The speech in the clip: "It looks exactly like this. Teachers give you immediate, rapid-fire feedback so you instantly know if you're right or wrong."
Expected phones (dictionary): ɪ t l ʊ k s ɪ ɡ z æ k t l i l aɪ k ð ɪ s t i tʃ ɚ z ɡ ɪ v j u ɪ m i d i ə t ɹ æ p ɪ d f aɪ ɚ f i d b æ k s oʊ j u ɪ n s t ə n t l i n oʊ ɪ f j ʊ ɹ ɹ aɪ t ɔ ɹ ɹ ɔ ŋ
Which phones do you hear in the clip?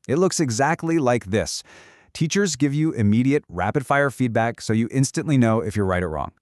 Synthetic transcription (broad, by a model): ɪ t l ʊ k s ɪ ɡ z æ k t l i l aɪ k ð ɪ s t i tʃ ɚ z ɡ ɪ v j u ɪ m i d i ə t ɹ æ p ɪ d f aɪ ɚ f i d b æ k s oʊ j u ɪ n s t ə n t l i n oʊ ɪ f j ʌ ɹ ɹ aɪ t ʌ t ɹ ɔ ŋ